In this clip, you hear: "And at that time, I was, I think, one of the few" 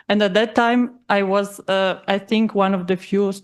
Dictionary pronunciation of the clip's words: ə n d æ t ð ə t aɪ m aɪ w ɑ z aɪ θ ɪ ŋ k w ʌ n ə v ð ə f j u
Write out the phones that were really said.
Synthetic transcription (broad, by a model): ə n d æ t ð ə t aɪ m aɪ w ɑ z aɪ θ ɪ ŋ k w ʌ n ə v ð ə f j u